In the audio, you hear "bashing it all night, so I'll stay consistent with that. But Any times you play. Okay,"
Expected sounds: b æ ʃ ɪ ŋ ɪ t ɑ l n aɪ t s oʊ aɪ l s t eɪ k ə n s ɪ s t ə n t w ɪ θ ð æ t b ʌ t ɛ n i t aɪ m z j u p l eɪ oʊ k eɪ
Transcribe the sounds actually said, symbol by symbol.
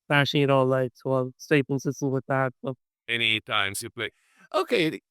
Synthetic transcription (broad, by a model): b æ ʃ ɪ ɪ t ɑ l l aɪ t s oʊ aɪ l s t eɪ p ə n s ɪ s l w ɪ ð æ t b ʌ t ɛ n i t aɪ m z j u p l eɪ oʊ k eɪ